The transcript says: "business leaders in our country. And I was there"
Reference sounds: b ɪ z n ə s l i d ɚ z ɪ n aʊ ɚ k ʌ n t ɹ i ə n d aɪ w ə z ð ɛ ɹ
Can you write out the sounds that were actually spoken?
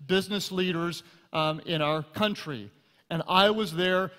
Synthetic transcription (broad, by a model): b ɪ z n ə s l i d ɚ z ɪ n aʊ ɚ k ʌ n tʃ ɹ i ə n aɪ w ə z ð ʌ ɹ